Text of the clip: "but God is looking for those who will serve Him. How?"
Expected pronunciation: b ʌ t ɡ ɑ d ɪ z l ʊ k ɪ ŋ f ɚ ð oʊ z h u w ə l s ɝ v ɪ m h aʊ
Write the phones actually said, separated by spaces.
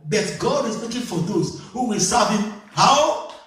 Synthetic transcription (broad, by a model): b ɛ t ɡ ɑ d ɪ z w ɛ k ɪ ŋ f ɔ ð oʊ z h u w ə l s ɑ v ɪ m h aʊ